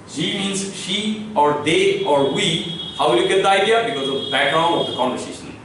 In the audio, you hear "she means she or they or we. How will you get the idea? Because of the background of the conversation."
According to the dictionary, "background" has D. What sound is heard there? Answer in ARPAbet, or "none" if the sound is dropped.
none